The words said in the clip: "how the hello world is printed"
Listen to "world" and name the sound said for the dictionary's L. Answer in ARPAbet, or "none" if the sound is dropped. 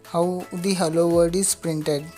none